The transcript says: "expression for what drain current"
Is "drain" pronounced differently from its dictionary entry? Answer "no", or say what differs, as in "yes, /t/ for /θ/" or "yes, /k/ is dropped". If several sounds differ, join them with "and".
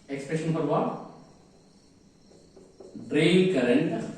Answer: yes, /l/ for /n/